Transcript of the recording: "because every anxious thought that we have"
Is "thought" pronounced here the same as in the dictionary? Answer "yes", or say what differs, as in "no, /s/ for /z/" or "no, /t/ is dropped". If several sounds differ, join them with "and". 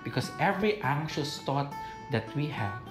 no, /t/ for /θ/